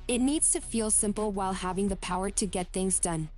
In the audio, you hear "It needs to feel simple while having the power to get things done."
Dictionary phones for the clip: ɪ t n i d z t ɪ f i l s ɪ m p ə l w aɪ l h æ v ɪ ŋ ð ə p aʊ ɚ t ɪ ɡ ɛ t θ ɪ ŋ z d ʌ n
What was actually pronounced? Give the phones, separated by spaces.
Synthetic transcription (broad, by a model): ɪ t n i d z t ɪ f i l s ɪ m p l w aɪ l h æ v ɪ ŋ ð ə p aʊ ɚ t ɪ ɡ ɛ t θ ɪ ŋ z d ʌ n